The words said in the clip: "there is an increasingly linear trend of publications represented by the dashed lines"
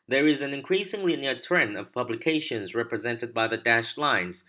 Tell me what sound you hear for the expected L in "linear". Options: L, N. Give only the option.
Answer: N